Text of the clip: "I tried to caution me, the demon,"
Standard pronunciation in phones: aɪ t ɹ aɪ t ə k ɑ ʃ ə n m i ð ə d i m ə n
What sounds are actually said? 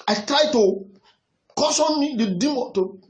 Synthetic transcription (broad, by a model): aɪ t ɹ aɪ t ə k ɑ s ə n m i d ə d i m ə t